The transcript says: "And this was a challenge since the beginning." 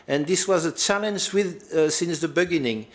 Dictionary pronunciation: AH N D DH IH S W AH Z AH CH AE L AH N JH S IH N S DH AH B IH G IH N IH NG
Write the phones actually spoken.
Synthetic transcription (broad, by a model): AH N DH IH S W AH Z AH CH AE L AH N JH S IH N S DH AH B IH G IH N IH NG